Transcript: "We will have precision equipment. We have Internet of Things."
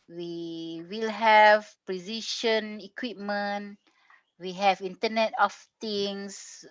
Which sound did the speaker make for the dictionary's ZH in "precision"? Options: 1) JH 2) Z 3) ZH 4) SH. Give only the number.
4